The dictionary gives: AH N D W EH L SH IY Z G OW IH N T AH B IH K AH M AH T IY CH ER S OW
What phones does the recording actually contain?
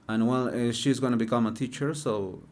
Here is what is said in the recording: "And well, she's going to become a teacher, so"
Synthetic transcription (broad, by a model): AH N W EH L SH IY Z G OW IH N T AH B IH K AH M AH T IY CH ER S OW